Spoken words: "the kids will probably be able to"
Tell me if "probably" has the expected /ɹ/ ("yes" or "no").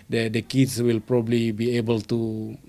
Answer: yes